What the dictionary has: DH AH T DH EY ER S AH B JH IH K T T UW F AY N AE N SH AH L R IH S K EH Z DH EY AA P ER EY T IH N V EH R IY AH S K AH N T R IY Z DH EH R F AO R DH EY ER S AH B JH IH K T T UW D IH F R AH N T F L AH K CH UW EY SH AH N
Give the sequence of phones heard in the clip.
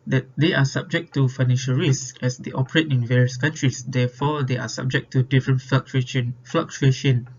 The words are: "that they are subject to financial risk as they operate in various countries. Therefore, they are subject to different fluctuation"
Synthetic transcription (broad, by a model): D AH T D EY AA S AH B JH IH K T T UW F AY N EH N SH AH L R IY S EH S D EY AA P ER EY T IH N V EH R IY AH S K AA N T R IY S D EH F AO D EY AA S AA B JH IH K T T UW D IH F R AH N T F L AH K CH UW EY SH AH N